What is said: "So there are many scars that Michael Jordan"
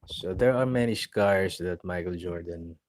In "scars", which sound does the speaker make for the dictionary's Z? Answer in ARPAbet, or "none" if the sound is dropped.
S